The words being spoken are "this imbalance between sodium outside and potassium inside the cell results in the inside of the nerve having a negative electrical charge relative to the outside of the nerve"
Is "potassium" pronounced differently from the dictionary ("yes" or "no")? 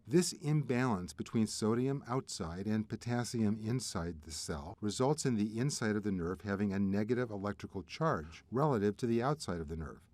no